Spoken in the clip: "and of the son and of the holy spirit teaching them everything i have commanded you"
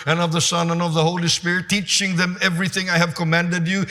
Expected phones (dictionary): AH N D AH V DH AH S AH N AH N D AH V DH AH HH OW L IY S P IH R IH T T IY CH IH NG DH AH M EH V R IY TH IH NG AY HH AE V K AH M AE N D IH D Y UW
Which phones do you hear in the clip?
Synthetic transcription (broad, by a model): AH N AH V DH AH S AH N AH N AH V DH AH HH OW L IY S P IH R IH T T IY CH IH NG DH AH M EH V R IY TH IH NG AY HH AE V K AH M AE N D IH D Y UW